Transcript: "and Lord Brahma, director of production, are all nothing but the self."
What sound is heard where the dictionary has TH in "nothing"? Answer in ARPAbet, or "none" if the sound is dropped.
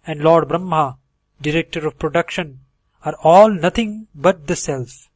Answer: T